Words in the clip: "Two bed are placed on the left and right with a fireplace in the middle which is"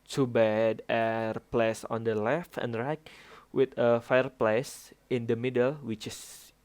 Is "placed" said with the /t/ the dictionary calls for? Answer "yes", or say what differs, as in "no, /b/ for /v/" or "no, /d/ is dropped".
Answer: no, /t/ is dropped